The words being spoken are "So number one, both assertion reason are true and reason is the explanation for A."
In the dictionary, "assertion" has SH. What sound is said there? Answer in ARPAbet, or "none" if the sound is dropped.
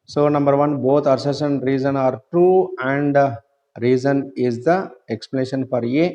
S